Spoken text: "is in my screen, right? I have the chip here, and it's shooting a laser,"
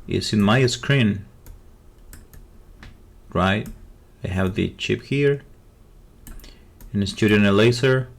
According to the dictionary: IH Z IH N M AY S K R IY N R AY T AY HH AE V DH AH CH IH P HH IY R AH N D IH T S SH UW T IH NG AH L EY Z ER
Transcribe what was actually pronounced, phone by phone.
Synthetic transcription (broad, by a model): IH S IH N M AY S K R IY N R AY T AY HH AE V DH AH CH IH P HH IY R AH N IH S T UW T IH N AH L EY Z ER